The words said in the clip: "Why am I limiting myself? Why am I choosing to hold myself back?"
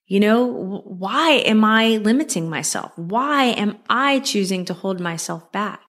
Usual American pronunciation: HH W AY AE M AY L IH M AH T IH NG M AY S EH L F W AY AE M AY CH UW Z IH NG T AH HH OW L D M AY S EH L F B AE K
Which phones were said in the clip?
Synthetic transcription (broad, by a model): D W AY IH M AY L IH M AH T IH NG M AY S EH L F W AY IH M AY CH UW Z IH NG T AH HH OW L D M AY S EH L F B AE K